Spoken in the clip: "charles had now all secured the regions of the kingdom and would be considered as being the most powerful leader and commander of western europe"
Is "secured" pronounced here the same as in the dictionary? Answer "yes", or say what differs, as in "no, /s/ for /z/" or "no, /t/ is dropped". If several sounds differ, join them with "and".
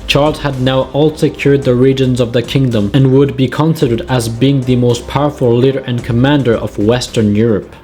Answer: yes